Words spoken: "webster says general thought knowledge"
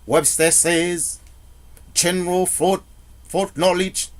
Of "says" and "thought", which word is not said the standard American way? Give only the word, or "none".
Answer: thought